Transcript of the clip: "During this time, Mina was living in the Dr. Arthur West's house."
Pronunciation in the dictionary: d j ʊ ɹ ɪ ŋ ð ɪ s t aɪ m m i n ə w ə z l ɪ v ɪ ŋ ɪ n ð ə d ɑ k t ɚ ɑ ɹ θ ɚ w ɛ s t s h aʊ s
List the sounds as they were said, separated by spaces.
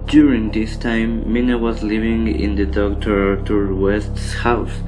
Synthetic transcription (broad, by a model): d j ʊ ɹ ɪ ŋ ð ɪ s t aɪ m m i n ə w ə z l ɪ v ɪ ŋ ɪ n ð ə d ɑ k t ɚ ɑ ɹ t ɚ w ɛ s t s h aʊ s